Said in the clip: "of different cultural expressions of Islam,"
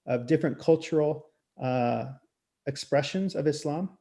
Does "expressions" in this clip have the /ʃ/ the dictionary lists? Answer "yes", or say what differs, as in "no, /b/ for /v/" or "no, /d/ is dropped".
yes